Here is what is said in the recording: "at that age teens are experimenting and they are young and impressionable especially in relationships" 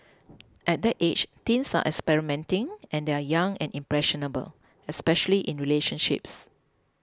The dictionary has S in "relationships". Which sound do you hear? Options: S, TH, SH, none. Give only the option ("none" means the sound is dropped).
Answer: S